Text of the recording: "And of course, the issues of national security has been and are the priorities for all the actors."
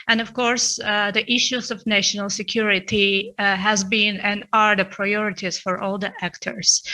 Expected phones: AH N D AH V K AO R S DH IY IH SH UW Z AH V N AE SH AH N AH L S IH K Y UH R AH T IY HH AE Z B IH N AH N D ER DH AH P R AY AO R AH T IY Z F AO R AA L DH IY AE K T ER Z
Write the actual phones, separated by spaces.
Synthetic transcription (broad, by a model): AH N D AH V K AO R S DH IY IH SH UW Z AH V N AE SH AH N AH L S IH K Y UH R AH T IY HH AE Z B IH N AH N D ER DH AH P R AY AO R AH T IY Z F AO R AA L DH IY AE K T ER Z